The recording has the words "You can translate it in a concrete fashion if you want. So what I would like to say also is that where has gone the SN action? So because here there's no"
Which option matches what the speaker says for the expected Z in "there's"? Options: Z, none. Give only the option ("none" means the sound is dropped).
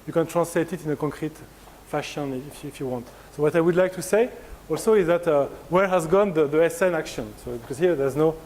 Z